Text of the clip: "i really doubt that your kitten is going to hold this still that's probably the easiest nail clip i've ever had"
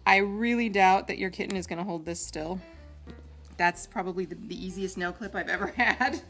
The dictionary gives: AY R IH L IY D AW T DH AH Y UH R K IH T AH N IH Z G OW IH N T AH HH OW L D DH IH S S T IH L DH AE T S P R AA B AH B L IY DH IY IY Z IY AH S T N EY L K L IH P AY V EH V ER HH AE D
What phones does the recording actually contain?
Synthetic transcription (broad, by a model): AY R IH L IY D AW T DH AH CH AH R K IH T N IH Z G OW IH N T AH HH OW L D DH IH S S T IH L DH AE T S P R AA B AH B L IY DH IY IY Z IY AH S T N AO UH K L IH P AY V EH V ER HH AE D